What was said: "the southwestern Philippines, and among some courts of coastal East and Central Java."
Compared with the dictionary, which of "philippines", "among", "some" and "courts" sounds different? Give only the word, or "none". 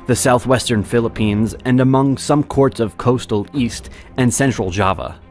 none